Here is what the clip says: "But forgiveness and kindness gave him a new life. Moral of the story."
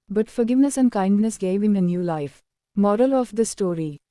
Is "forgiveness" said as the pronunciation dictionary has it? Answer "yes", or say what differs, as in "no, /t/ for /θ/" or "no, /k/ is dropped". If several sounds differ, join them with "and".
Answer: yes